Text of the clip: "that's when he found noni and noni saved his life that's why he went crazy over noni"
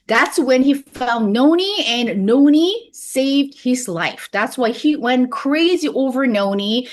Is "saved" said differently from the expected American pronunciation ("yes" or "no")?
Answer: no